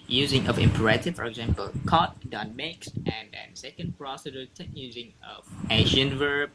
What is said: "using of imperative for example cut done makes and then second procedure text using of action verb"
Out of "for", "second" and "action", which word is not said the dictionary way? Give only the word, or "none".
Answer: action